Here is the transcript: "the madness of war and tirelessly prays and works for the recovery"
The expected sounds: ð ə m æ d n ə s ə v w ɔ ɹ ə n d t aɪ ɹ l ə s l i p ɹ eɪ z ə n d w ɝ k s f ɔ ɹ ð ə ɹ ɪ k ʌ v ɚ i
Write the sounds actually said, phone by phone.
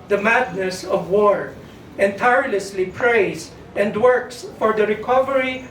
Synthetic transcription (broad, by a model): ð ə m æ d n ə s ə v w ɔ ɹ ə n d t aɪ ɹ l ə s l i p ɹ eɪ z ə n d w ɝ k s f ɔ ɹ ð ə ɹ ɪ k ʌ v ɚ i